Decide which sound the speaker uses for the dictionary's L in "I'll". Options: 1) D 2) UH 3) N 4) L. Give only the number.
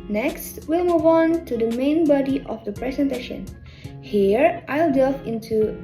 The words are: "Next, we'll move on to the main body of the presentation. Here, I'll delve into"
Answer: 4